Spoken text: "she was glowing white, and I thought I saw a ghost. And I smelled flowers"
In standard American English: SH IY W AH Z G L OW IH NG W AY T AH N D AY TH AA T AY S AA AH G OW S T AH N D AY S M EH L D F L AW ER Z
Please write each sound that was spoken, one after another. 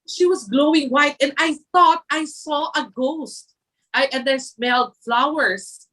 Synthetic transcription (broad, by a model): SH IY W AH S G L OW IH NG W AY T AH N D AY TH AA T AY S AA AH G OW S T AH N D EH S M EH L D F L AW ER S